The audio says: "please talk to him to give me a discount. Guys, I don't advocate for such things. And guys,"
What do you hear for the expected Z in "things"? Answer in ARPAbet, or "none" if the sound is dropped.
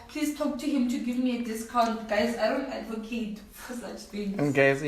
none